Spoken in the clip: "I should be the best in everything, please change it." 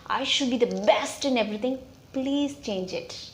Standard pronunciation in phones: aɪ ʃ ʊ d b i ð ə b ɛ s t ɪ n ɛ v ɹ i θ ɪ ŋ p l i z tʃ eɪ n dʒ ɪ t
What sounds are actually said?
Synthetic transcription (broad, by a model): aɪ ʃ ʊ d b i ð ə b ɛ s t ɪ n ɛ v ɹ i t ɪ ŋ p l i z tʃ eɪ n dʒ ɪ t